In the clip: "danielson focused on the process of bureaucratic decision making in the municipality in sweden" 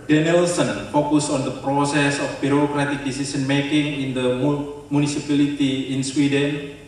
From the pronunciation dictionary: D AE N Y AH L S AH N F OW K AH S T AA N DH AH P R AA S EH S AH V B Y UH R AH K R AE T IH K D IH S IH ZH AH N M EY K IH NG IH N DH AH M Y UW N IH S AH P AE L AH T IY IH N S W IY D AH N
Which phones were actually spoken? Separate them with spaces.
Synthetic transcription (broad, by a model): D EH N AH L S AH N F OW K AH S AA N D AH P R AA S EH S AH F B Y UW R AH K R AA T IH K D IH S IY S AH N M EY K IH NG IH N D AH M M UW N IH S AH P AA L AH T IY IH N S W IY D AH N